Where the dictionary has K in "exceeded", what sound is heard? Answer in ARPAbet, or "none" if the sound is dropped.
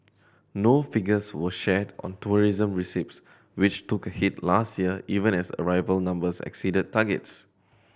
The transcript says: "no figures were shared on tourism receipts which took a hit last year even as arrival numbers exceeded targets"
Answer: K